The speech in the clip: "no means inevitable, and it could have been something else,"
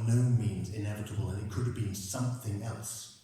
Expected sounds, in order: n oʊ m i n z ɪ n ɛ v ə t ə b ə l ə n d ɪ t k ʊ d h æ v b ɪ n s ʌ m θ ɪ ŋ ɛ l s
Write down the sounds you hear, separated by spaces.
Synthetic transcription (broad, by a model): n oʊ m i n z ɪ n ɛ v ə t ə b ə l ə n ɪ t k ʊ d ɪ v b ɪ n s ʌ m θ ɪ ŋ ɛ l s